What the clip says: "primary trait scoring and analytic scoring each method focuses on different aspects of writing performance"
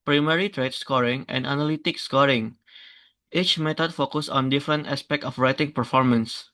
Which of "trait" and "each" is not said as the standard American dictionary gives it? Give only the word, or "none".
none